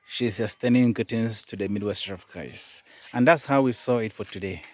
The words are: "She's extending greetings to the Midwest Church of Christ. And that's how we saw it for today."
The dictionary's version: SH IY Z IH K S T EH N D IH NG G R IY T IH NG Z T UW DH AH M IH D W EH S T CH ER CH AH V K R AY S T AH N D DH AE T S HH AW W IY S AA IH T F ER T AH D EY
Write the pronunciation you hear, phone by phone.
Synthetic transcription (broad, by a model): SH IY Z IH S T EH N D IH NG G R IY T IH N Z T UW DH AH M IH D W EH S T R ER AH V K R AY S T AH N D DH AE T S HH AW W IY S AA IH T F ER T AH D EY